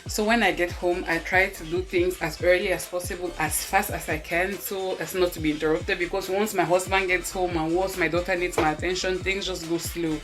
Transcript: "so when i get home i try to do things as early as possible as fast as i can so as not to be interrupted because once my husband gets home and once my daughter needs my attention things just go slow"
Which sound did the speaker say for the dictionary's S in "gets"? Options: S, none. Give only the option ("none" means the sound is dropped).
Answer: S